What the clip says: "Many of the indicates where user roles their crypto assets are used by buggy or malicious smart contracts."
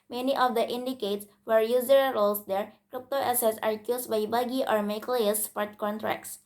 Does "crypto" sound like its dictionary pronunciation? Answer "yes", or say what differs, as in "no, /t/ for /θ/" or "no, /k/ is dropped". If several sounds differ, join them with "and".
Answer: yes